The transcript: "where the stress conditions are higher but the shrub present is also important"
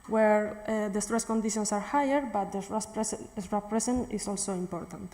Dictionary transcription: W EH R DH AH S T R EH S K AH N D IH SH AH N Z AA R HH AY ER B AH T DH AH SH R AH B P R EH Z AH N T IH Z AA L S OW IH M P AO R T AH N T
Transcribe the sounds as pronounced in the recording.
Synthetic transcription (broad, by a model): W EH R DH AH S T R EH S K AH N D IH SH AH N S AA R HH AY ER B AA T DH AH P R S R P R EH S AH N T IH S AA L S OW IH M P AO R T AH N T